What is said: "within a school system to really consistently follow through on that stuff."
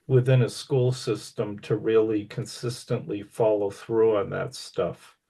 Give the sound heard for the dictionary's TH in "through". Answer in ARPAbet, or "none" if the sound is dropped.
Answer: TH